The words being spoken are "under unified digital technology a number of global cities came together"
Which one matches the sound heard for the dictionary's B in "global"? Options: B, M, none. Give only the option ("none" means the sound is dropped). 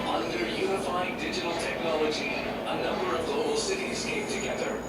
none